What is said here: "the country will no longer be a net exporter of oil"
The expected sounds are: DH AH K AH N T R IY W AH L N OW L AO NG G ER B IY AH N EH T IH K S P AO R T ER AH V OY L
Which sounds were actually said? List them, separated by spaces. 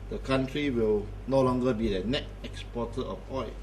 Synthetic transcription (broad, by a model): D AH K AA N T R IY W AH L N OW L AO NG G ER B IY AH N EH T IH K S P AO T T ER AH P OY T